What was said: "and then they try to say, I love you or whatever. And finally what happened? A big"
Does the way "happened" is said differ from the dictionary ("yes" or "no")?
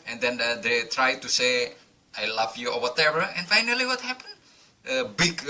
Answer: yes